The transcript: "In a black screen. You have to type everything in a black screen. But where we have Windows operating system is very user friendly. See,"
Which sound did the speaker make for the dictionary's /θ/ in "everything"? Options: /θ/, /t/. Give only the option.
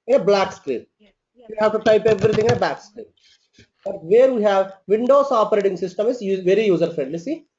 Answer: /t/